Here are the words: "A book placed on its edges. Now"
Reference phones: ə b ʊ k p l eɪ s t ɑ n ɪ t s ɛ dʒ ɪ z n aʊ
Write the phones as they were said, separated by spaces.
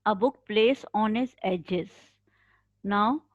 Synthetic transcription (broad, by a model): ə b ʊ k p l eɪ s ɑ n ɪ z ɛ dʒ ɪ z n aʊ